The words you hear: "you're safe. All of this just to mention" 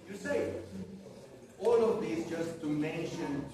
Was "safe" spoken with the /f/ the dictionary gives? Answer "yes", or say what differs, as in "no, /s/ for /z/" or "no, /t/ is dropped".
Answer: no, /f/ is dropped